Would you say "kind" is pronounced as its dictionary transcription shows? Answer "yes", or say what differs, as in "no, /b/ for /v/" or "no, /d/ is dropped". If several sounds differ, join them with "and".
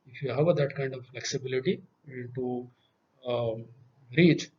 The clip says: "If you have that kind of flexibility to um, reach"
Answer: yes